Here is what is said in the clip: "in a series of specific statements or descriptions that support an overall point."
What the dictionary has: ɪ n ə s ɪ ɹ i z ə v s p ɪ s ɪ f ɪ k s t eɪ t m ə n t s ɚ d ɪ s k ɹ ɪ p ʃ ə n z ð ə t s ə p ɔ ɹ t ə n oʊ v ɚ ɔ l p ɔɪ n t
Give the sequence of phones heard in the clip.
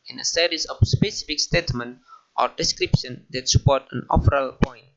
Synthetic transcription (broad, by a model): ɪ n ə s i ɹ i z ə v s p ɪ s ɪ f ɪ k s t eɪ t m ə n t ɔ d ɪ s k ɹ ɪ p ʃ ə n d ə t s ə p ɔ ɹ t ə n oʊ p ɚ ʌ l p ɔɪ n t